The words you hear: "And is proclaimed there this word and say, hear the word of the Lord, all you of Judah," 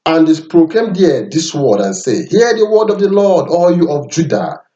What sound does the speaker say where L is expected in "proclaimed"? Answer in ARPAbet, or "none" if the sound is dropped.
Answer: none